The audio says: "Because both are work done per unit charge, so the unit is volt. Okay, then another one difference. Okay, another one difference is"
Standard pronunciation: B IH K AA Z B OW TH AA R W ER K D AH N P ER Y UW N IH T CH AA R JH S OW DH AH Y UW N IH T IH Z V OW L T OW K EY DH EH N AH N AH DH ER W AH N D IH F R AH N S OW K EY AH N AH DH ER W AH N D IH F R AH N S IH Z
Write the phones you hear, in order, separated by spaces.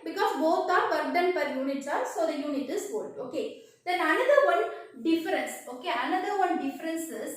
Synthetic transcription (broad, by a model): B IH K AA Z B OW T AA R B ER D D AH N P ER Y UW N IH T S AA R S OW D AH Y UW N IH T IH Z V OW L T OW K EY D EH N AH N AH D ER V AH N D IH F R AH N S OW K EY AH N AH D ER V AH N D IH F R AH N S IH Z